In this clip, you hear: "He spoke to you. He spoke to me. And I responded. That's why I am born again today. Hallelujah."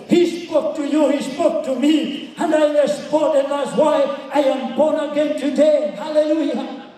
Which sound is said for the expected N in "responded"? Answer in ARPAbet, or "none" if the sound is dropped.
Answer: none